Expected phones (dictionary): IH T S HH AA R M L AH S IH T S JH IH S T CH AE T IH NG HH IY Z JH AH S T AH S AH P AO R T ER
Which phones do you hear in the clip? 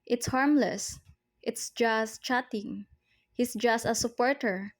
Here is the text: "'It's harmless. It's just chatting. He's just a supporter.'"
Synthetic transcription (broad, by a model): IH T S HH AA R M L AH S IH T S JH IH S T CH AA T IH NG HH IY S JH AH S T AH S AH P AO R T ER